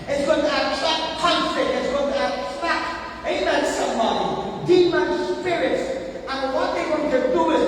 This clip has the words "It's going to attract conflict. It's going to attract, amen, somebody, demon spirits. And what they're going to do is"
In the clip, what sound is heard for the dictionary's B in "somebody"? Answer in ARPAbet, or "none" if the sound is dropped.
none